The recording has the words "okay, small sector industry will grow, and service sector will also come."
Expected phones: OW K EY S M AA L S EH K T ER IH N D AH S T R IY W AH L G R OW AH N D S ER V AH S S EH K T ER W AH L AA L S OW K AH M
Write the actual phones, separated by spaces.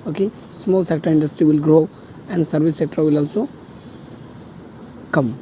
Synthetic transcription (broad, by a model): OW K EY S M AA L S EH K T ER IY N D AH S T R IY W AH L G R OW AH N D S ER B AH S S EH K T ER W AH L AA L S OW K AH M